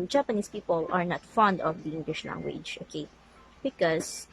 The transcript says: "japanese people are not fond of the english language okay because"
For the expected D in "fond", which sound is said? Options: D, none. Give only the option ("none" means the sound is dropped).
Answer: D